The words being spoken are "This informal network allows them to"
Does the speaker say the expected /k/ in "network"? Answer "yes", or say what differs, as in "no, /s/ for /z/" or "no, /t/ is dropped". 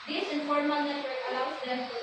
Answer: no, /k/ is dropped